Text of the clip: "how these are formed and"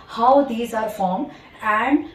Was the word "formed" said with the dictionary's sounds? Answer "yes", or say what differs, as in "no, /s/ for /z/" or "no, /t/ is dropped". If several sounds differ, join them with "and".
no, /d/ is dropped